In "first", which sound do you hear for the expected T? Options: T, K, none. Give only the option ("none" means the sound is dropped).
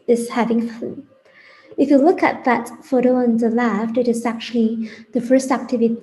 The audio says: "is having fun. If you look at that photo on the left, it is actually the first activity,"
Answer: T